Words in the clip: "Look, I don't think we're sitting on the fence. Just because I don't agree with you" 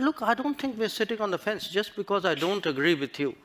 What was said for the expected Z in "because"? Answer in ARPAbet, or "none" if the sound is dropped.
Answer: Z